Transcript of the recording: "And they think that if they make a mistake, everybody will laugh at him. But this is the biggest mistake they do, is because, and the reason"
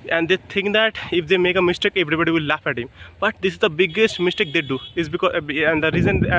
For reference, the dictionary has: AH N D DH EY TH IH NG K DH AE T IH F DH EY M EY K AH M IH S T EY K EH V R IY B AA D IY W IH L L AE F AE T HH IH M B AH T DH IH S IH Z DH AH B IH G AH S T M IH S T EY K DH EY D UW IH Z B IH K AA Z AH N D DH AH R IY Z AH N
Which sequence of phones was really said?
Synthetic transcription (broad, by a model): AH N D EY T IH NG K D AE T IH F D EY M EY K AH M IH S T EY K EH V R IY B AA D IY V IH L L AE F AE T HH IH M B AH T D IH S IH Z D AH B IH G AH S T M IH S T EY K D EY D UW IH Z B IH K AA AH N D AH R IY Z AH N